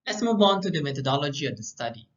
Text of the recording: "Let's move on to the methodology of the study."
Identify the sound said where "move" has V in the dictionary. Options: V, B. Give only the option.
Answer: B